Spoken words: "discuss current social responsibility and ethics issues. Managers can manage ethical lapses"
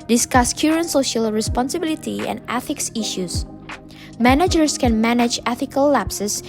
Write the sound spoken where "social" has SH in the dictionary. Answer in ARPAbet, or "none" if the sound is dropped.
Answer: SH